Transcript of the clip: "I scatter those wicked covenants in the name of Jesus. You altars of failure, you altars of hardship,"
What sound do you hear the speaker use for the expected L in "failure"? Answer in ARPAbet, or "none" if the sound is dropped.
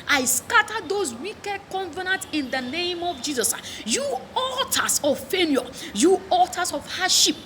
N